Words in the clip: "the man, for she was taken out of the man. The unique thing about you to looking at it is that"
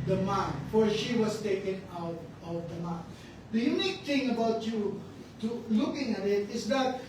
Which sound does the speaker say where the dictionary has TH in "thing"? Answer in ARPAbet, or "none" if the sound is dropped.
T